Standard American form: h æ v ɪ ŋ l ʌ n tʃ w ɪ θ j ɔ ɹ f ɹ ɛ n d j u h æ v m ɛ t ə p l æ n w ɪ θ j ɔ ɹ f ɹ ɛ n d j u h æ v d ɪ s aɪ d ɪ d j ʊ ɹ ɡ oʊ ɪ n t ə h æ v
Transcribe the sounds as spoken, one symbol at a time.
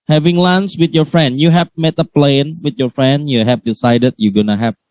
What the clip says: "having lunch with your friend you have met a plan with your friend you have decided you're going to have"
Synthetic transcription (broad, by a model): h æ v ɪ ŋ l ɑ n s w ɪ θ j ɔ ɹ f ɹ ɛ n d j u h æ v m ɛ t ə p l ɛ n w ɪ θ j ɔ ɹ f ɹ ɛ n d j u h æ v d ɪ s aɪ d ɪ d j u ɡ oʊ n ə h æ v